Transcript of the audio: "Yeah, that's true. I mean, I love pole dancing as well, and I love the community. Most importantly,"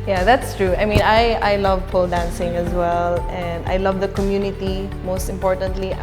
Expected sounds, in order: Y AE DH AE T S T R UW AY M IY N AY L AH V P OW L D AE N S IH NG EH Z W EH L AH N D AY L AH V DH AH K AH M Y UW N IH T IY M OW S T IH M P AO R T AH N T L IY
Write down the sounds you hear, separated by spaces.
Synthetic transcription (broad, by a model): Y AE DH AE T S T R UW AY M IY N AY L AH V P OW L D AE N S IH NG EH Z W EH L AH N D AY L AH V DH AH K AH M Y UW N IH T IY M OW S T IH M P AO R T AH N T L IY